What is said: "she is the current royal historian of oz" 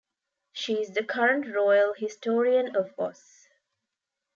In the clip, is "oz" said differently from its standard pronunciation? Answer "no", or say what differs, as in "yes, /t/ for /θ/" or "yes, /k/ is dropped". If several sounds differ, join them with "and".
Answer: yes, /s/ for /z/